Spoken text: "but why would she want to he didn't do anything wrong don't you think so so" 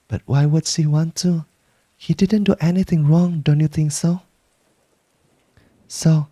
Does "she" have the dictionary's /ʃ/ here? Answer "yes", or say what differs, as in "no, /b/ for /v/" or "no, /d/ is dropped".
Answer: no, /s/ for /ʃ/